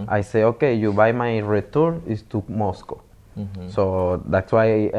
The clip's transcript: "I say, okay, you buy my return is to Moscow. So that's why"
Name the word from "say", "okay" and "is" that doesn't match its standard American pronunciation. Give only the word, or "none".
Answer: is